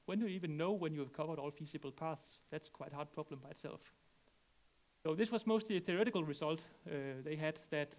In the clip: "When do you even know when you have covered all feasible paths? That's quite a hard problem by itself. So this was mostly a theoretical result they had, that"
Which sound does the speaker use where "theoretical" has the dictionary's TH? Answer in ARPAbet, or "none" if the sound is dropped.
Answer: TH